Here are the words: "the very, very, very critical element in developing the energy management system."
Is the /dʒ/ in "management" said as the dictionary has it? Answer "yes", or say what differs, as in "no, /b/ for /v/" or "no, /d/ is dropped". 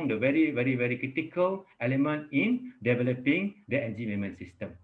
no, /dʒ/ is dropped